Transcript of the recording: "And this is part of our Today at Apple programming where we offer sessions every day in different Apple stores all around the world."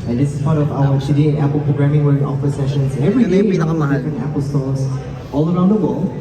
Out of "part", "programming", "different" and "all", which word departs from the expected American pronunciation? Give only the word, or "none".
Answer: different